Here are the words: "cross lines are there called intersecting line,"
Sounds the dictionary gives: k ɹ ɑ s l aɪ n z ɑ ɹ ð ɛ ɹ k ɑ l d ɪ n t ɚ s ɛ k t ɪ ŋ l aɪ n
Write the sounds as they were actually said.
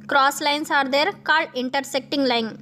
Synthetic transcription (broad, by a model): k ɹ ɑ s l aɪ n s ɑ ɹ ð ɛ ɹ k ɑ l ɪ n t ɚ s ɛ k t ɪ ŋ l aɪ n